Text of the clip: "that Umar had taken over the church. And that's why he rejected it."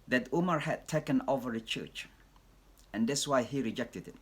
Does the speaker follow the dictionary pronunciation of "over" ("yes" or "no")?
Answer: yes